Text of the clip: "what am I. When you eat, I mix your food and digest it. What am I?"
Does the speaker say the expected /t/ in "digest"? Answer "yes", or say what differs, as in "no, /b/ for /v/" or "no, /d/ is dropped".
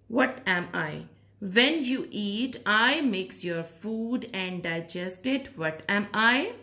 yes